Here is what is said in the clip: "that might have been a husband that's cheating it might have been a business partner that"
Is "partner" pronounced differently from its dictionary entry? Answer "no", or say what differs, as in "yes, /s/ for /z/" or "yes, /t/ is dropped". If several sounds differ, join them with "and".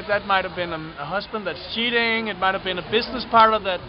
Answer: yes, /n/ is dropped